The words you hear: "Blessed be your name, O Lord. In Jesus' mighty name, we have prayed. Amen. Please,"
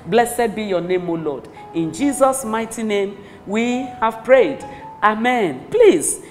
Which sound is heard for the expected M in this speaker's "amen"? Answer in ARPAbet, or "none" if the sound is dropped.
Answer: M